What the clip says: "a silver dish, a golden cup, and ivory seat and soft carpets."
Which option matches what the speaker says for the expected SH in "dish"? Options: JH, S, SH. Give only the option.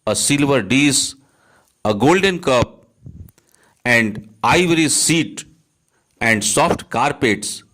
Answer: S